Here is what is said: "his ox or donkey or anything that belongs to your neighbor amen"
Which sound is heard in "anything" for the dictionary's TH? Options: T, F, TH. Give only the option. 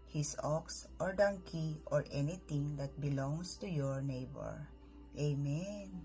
T